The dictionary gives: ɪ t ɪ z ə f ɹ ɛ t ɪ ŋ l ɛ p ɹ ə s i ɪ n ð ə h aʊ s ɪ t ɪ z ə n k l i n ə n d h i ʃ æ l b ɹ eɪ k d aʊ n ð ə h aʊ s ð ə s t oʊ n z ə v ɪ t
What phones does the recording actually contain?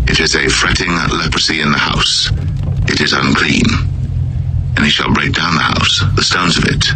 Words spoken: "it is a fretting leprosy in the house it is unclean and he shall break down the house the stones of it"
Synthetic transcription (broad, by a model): ɪ t ɪ z ə f ɹ ɛ t ɪ ŋ l ɛ p ɹ ə s i ɪ n ð ə h aʊ s ɪ t ɪ z ə n k l i n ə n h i ʃ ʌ l b ɹ eɪ k d aʊ n ð ə h aʊ s ð ə s t oʊ n z ə v ɪ t